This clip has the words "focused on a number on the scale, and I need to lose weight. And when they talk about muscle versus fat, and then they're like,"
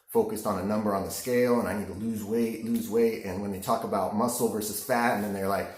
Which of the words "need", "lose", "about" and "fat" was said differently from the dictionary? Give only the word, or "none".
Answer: none